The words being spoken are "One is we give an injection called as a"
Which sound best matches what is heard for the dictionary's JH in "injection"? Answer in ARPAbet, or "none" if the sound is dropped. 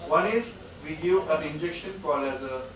JH